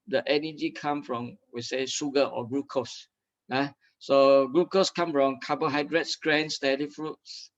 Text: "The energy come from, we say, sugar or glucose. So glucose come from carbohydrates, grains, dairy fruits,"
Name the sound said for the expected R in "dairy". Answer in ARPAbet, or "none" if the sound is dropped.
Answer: L